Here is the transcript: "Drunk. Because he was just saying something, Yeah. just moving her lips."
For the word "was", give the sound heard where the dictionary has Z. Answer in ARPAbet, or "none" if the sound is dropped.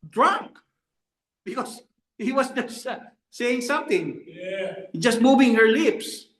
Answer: S